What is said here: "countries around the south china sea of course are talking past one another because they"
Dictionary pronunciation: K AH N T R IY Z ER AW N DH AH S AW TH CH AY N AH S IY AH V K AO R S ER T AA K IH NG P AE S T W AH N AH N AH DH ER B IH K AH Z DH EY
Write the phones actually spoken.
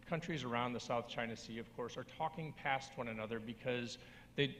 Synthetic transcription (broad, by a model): K AH N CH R IY Z ER AW N DH AH S AW TH CH AY N AH S IY AH V K AO R S ER T AA K IH NG P AE S T W AH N AH N AH DH ER B IH K AH Z DH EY